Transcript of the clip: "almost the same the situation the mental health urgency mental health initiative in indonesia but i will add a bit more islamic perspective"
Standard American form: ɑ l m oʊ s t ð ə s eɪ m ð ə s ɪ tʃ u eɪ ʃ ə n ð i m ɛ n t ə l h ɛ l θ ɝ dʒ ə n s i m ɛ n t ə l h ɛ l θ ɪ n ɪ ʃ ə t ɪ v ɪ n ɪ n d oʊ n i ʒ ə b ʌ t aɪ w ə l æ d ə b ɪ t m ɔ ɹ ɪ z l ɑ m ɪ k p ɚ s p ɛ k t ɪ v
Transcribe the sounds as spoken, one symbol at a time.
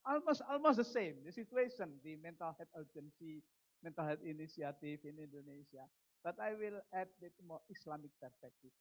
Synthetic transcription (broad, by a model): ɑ l m oʊ s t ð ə s eɪ m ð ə s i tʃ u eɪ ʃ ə n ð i m ɛ n t ə l h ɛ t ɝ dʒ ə n s i m ɛ n t ə l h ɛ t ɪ n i s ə t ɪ f ɪ n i n d oʊ n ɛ s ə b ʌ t aɪ w ə l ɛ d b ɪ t m ɔ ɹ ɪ s l ɑ m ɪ k p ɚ s p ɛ k t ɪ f